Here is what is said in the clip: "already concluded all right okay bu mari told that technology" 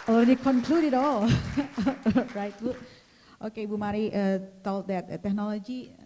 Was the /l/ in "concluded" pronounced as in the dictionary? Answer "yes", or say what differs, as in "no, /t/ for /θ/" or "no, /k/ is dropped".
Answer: yes